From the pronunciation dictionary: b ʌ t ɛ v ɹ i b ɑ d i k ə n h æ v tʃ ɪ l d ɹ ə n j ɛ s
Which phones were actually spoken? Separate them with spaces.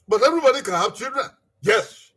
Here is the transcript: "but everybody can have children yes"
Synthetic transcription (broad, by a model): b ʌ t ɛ ɹ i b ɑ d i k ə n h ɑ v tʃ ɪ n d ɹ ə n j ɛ s